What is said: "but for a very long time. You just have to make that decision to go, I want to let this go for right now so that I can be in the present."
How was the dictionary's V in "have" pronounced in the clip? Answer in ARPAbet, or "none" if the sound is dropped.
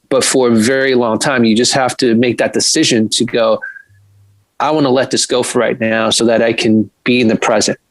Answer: F